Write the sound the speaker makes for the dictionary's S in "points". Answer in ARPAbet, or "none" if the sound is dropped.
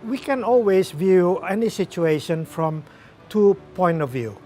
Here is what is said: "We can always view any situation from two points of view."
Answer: none